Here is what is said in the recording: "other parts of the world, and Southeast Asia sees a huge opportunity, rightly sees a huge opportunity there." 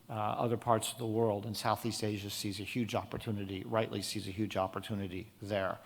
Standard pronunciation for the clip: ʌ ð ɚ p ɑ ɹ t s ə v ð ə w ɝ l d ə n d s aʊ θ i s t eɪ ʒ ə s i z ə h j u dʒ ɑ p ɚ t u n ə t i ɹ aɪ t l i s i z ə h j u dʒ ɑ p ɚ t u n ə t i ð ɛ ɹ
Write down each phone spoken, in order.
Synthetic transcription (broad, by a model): ʌ ð ɚ p ɑ ɹ t s ə v ð ə w ɝ l d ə n s aʊ θ i s t eɪ ʒ ə s i z ə h j u dʒ ɑ p ɚ t u n ə t i ɹ aɪ t l i s i z ə h j u dʒ ɑ p ɚ t u n ə t i ð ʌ ɹ